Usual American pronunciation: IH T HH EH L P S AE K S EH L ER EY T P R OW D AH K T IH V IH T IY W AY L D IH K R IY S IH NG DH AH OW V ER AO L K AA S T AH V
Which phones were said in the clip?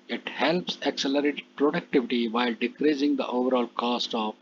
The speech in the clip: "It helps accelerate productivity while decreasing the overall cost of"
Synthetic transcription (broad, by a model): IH T HH EH L P S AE K S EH L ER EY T P R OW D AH K T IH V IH T IY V AY L D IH K R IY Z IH NG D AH OW V ER AO L K AA S T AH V